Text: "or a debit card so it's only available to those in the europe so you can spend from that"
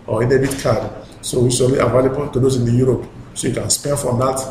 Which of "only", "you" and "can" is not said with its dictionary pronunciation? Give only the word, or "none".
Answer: only